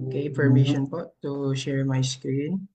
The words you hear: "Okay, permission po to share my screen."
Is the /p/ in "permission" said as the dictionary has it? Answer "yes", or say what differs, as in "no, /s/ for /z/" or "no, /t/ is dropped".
no, /f/ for /p/